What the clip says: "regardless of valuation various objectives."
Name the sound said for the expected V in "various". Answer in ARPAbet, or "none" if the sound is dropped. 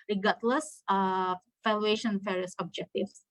F